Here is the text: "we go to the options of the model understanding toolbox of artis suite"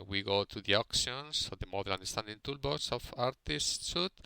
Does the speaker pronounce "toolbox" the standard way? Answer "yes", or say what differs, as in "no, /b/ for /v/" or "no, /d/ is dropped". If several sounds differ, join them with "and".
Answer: no, /k/ is dropped